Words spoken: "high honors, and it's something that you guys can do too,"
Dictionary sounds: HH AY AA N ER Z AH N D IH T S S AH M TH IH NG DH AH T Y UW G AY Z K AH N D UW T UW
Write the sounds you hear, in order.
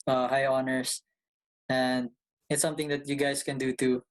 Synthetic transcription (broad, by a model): HH AY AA N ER S AH N D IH T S S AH M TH IH NG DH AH T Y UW G AY S K AH N D UW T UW